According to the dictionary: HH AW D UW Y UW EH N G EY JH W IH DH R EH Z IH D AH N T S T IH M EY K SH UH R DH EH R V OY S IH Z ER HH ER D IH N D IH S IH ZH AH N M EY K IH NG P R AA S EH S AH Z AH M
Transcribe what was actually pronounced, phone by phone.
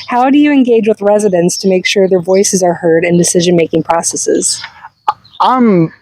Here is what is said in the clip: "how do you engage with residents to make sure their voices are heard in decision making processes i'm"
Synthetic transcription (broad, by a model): HH AW D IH Y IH EH N G EY JH W IH DH R EH Z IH D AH N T S T IH M EY K SH UH R DH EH R V OY S IH Z ER HH ER D IH N D IH S IH ZH AH N M EY K IH NG P R AA S EH S AH Z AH M